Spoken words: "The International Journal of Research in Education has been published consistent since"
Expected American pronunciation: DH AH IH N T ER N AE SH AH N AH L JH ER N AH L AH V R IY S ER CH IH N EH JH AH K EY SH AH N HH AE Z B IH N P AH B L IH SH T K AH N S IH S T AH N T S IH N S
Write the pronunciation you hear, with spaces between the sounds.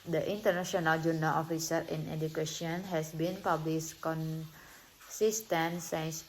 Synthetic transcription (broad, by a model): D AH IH N T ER N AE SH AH N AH L JH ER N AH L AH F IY S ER IH N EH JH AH K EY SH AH N HH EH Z B IH N P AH B L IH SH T K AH N S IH S T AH N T S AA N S